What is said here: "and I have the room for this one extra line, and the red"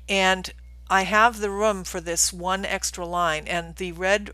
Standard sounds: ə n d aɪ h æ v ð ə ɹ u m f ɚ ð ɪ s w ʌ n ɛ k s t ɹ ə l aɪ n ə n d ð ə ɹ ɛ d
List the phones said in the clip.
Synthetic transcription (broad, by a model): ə n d aɪ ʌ v ð ə ɹ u m f ɚ ð ɪ s w ʌ n ɛ k s t ɹ ə l aɪ n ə n ð ə ɹ ɛ d